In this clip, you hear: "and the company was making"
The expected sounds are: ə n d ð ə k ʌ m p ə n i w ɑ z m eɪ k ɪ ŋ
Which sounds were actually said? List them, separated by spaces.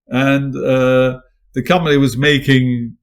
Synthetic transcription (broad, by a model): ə n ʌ ð ə k ʌ m p ə n i w ɑ z m eɪ k ɪ ŋ